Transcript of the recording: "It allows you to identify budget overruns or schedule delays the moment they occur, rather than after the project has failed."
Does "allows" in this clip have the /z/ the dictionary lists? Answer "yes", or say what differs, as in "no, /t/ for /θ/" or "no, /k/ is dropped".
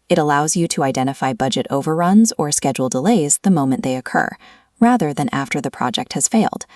yes